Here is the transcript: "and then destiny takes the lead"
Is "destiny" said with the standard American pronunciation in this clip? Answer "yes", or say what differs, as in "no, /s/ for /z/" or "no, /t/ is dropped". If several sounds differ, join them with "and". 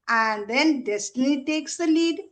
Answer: no, /l/ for /n/